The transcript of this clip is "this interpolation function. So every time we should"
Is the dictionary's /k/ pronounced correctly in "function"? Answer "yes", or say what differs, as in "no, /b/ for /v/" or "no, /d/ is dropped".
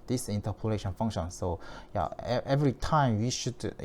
no, /k/ is dropped